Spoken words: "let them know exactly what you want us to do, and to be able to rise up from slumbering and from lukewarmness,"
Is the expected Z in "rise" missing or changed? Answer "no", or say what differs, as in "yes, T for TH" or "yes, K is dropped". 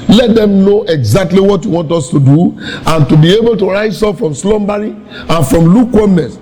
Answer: yes, S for Z